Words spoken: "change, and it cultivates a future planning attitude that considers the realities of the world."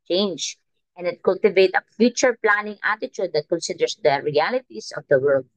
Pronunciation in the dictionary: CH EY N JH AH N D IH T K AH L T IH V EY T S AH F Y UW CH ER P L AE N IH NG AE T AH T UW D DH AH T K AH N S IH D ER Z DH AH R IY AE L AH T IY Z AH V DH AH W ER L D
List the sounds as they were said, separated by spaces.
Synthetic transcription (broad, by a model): CH EY N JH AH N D IH T K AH L T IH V EY T AH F Y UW CH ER P L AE N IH NG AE T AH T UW D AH T K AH N S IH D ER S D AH R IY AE L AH T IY S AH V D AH W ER L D